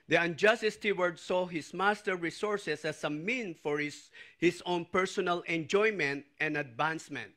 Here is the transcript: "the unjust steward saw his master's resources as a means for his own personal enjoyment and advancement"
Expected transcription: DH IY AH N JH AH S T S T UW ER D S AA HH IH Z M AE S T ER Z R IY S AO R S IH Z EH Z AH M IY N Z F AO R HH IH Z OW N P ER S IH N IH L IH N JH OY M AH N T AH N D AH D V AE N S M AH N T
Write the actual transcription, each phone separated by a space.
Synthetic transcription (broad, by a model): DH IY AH N JH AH S T S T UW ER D S AA HH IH S M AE S T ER R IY S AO R S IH S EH S AH M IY N F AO R HH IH S OW N P ER S IH N IH L IH N JH OY M AH N T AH N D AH D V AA N S M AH N T